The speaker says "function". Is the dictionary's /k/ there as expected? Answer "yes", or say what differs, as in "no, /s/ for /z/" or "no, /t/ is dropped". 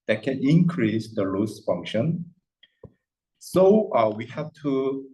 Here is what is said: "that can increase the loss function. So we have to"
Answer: yes